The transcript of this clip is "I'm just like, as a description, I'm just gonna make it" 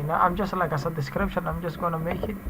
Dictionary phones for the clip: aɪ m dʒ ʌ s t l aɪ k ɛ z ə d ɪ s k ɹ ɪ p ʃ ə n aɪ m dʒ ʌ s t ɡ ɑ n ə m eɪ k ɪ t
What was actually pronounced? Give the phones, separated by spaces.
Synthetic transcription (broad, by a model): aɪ m dʒ ʌ s t l aɪ k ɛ s ə d ɪ s k ɹ ɪ p ʃ ə n aɪ m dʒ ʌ s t ɡ ɑ n ə m eɪ k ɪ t